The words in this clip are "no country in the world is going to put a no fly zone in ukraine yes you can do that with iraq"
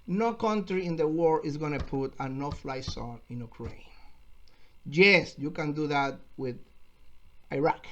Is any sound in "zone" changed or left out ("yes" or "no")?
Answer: yes